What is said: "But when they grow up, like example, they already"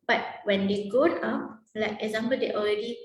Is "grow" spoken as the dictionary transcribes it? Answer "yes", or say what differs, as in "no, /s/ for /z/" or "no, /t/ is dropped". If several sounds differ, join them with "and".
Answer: no, /ɹ/ is dropped